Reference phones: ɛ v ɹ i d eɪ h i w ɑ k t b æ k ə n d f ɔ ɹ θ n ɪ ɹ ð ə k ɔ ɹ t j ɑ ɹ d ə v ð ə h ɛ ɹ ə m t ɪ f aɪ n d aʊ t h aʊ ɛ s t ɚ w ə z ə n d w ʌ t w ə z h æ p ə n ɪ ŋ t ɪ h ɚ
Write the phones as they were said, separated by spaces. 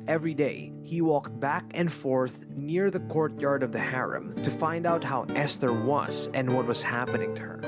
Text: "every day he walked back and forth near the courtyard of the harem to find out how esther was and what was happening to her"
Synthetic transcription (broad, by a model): ɛ v ɹ i d eɪ h i w ɑ k t b æ k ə n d f ɔ ɹ θ n ɪ ɹ ð ə k ɔ ɹ t j ɑ ɹ d ə v ð ə h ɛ ɹ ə m t ɪ f aɪ n d aʊ t h aʊ ɛ s t ɚ w ə z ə n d w ʌ t w ə z h æ p ə n ɪ ŋ t ɪ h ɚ